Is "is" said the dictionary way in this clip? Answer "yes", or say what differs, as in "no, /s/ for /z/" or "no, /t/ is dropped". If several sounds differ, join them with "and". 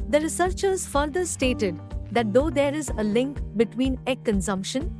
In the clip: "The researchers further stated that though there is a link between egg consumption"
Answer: yes